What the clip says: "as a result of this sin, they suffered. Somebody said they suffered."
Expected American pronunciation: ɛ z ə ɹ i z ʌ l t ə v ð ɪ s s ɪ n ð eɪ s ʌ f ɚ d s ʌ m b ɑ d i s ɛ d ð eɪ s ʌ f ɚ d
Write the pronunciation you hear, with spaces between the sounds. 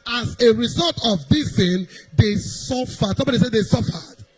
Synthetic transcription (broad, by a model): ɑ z ə ɹ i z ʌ l t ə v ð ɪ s θ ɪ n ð eɪ s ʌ f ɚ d s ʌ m b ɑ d i s ɛ d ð eɪ s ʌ f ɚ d